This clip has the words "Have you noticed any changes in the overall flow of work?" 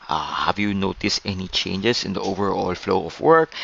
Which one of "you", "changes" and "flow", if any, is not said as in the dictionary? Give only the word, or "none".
changes